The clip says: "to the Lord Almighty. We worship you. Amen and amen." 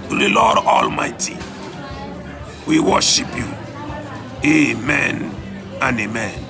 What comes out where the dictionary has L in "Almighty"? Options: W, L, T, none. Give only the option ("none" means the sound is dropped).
L